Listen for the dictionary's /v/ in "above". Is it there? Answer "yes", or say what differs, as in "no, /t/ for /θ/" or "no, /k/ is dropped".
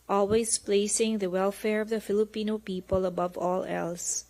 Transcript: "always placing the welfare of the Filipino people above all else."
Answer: yes